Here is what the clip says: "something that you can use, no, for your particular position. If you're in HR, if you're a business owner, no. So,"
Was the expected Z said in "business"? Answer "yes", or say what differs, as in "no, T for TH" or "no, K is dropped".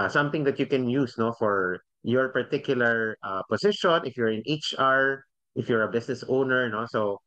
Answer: no, S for Z